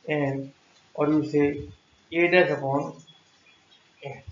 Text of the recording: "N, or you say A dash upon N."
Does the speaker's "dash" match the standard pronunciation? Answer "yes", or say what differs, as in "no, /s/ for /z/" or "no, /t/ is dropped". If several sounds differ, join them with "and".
no, /s/ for /ʃ/